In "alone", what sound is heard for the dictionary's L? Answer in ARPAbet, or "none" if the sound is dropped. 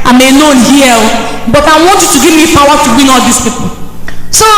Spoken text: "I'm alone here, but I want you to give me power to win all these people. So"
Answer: N